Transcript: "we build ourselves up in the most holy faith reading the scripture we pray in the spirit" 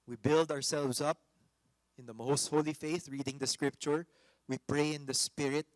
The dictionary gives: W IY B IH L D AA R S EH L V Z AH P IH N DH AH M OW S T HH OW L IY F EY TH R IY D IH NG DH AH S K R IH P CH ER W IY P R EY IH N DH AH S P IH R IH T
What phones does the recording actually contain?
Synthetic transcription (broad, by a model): W IY B IH L D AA R S EH L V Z AH P IH N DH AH M OW S T HH OW L IY F EY TH R IY D IH NG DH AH S K R IH P CH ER W IY P R EY IH N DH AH S P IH R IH T